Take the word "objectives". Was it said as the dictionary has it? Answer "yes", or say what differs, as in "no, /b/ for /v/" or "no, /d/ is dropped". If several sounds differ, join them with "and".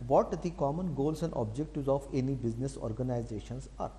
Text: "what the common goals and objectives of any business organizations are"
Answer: no, /v/ is dropped